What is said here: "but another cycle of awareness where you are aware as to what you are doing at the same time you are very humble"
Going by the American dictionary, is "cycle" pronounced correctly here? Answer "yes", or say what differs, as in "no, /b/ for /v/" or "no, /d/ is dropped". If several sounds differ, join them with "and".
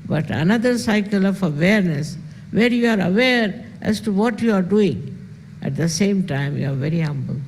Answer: yes